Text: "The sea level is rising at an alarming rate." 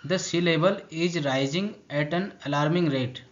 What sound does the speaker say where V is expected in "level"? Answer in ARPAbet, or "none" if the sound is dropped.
B